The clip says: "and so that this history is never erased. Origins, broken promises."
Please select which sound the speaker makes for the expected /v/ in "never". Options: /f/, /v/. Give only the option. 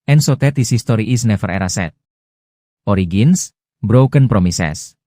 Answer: /f/